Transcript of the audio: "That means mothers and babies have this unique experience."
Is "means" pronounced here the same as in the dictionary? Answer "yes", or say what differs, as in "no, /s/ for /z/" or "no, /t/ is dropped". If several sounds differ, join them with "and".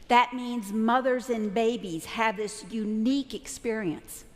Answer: yes